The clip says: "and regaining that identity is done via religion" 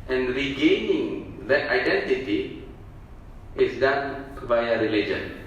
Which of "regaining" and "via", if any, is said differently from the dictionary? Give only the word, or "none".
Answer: via